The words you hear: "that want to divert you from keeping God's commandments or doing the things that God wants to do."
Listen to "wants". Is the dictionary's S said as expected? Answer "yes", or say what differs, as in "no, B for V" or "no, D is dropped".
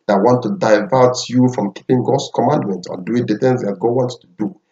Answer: no, S is dropped